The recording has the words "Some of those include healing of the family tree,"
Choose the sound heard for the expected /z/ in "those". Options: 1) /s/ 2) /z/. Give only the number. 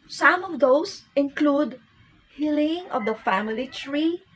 1